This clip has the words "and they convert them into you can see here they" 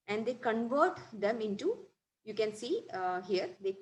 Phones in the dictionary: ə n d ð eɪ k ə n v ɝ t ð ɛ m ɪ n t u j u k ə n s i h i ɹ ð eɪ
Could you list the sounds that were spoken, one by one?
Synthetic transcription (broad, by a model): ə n d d eɪ k ə n v ɝ t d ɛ m ɪ n t u j u k ə n s i h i ɹ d eɪ